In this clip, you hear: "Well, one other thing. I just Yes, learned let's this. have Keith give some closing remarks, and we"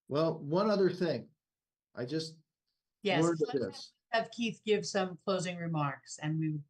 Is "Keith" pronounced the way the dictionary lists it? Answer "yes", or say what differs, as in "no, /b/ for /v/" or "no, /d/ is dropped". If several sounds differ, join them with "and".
yes